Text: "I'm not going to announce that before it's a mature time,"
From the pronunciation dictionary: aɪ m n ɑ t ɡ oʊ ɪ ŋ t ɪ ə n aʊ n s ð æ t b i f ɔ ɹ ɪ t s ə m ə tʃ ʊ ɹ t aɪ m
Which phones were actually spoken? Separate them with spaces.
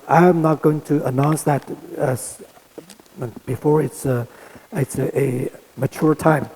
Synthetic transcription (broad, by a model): aɪ m n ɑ t ɡ oʊ ɪ ŋ t ɪ ə n aʊ n s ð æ t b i f ɔ ɹ ɪ t s ə m ə tʃ ʊ ɹ t aɪ m